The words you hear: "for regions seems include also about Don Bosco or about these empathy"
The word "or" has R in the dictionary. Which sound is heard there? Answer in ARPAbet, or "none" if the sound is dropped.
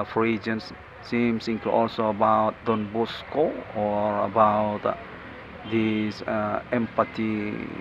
R